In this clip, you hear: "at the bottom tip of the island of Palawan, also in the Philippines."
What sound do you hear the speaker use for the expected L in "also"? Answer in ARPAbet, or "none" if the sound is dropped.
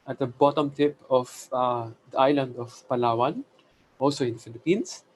L